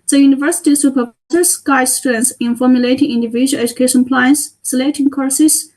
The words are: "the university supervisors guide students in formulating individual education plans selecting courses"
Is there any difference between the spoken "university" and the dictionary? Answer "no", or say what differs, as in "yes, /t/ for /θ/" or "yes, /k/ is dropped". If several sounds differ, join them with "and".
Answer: no